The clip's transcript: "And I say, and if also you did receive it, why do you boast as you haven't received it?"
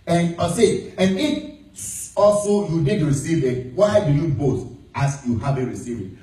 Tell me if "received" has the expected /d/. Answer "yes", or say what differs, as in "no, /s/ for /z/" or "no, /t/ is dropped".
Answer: no, /d/ is dropped